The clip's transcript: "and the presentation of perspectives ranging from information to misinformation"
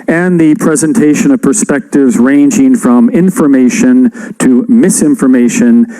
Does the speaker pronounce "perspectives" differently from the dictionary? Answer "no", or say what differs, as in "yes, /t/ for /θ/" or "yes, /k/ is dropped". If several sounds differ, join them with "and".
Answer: no